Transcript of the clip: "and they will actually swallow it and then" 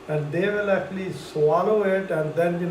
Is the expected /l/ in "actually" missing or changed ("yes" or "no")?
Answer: no